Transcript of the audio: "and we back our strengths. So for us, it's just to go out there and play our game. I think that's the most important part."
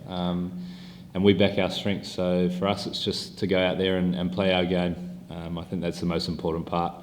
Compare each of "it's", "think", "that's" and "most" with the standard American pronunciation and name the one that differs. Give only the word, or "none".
none